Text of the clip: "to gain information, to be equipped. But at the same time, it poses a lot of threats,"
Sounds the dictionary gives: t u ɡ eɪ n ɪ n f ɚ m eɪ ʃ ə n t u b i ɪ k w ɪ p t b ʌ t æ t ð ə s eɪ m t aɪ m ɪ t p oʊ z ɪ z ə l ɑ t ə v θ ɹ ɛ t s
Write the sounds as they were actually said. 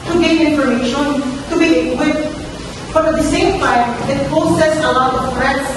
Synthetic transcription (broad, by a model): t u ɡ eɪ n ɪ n f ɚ m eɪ ʃ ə n t u b i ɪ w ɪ t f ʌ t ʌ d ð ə s eɪ m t aɪ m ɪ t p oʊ s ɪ s ə l ɑ t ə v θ ɹ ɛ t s